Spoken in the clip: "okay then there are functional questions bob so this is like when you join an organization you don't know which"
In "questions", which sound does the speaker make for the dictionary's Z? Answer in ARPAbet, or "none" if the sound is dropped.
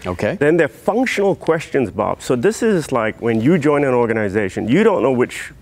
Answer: Z